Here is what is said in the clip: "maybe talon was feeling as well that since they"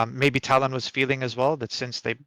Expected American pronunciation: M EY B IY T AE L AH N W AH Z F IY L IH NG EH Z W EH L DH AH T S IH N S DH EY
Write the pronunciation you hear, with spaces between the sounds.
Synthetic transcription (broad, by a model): M EY B IY T AE L AH N W AH Z F IY L IH NG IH Z W EH L DH AH T S IH N S DH EY